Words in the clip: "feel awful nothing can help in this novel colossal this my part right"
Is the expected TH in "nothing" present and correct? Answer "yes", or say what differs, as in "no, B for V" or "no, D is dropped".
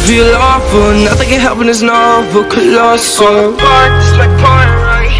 yes